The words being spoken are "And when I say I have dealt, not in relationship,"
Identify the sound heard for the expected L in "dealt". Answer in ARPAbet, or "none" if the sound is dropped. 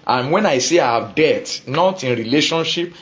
none